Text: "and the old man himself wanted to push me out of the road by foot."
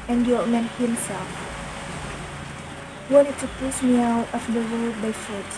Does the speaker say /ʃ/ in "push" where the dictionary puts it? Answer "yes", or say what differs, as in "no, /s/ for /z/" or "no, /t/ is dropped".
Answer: no, /s/ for /ʃ/